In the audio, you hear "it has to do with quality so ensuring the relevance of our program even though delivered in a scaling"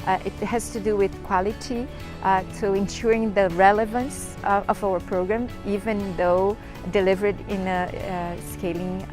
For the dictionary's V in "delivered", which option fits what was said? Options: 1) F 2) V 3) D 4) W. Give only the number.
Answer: 2